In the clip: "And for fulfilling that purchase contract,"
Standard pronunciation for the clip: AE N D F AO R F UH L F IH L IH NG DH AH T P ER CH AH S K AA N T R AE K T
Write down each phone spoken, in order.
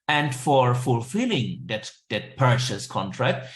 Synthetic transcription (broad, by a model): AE N D F AO R F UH L F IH L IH NG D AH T P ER SH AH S K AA N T R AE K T